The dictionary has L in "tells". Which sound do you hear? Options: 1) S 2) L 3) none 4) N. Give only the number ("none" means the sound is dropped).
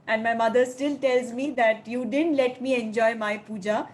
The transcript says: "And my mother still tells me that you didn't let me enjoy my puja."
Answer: 2